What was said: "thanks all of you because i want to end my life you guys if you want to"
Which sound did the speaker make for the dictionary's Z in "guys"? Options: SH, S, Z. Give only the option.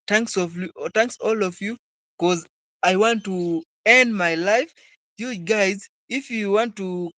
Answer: Z